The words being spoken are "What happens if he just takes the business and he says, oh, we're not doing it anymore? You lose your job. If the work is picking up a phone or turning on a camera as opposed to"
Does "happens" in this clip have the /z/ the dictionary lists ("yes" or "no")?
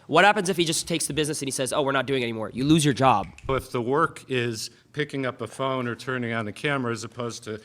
yes